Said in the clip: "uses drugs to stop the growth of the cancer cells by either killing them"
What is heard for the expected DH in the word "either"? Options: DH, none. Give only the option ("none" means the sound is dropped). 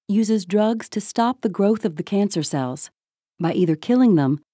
DH